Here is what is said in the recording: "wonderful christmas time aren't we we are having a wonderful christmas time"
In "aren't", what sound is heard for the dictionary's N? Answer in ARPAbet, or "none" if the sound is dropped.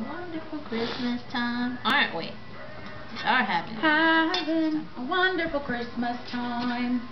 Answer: N